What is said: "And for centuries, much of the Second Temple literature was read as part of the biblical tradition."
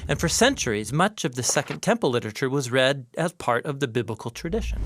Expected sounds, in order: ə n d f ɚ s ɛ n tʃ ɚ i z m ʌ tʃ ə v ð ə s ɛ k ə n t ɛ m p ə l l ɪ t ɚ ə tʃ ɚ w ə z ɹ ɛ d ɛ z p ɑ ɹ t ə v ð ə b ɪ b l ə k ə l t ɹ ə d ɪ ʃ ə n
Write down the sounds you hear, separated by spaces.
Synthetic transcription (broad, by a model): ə n f ɚ s ɛ n tʃ ɚ i z m ʌ tʃ ə v ð ə s ɛ k ə n t ɛ m p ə l l ɪ t ɚ ə tʃ ɚ w ə z ɹ ɛ d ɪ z p ɑ ɹ t ə v ð ə b ɪ b l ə k l t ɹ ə d ɪ ʃ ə n